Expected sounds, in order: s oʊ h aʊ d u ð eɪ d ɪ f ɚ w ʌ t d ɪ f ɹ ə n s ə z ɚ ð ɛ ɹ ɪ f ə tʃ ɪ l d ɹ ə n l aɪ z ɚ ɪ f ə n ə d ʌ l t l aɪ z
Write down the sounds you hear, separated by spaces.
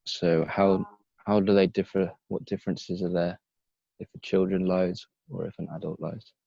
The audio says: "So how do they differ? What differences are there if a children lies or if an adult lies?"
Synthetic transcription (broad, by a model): s oʊ h aʊ d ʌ ð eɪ d ɪ f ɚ w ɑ t d ɪ f ɹ ə n s ə z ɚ ð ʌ ɪ f ə tʃ ɪ l d ɹ ə n l aɪ z ɚ ɪ f ə n ə d ʌ l t l aɪ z